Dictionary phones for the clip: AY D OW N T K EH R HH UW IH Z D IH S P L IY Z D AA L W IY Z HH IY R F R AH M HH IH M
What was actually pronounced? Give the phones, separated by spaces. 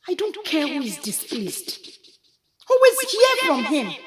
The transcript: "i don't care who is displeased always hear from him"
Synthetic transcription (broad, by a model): AY D OW N T K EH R HH UW IH Z D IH S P L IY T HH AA W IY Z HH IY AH F R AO M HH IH M